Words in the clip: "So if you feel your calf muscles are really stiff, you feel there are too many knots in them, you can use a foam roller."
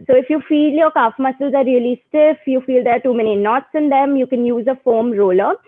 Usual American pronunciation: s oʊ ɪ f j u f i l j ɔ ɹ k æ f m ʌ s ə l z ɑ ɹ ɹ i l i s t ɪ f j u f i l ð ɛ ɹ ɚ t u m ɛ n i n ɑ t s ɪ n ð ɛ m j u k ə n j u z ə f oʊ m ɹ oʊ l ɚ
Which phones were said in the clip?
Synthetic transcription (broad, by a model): s oʊ ɪ f j u f i l j ɔ ɹ k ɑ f m ʌ s ə l z ɑ ɹ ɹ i l i s t ɪ f j u f i l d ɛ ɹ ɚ t u m ɛ n i n ɑ t s ɪ n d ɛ m j u k ə n j u z ə f oʊ m ɹ oʊ l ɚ